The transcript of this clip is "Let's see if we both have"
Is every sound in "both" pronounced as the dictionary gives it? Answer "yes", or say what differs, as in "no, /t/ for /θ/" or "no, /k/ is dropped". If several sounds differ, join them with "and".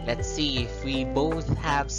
yes